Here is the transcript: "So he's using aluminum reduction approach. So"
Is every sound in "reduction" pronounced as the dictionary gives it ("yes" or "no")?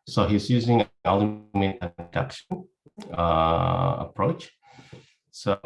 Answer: no